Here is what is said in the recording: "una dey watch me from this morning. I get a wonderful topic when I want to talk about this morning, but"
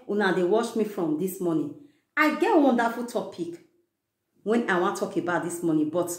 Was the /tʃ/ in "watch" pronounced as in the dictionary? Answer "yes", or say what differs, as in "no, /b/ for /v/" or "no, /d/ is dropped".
no, /ʃ/ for /tʃ/